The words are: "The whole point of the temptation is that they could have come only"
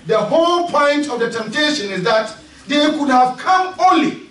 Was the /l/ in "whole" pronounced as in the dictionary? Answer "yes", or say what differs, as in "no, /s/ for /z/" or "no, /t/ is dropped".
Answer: yes